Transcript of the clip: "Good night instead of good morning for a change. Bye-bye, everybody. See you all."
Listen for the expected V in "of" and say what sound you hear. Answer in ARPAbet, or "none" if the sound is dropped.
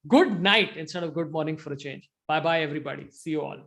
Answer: V